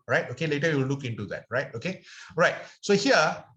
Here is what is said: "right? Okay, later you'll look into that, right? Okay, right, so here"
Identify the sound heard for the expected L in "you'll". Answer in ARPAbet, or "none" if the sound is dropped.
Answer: W